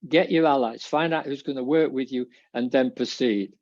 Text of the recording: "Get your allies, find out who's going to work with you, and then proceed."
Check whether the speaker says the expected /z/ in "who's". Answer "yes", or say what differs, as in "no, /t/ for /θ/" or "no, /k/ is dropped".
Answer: yes